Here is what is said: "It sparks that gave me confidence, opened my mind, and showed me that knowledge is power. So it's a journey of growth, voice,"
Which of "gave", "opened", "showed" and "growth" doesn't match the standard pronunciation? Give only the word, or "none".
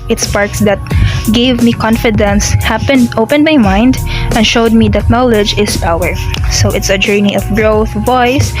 none